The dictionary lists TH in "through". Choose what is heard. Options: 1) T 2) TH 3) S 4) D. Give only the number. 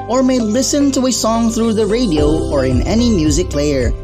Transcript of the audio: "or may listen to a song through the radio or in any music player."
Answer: 2